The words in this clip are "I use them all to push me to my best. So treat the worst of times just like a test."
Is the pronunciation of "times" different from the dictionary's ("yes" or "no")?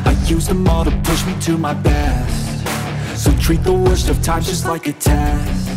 yes